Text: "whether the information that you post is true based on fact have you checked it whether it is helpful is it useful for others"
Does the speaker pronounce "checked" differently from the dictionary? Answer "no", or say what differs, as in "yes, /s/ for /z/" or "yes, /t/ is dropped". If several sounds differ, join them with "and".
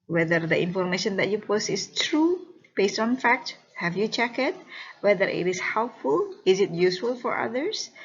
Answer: yes, /t/ is dropped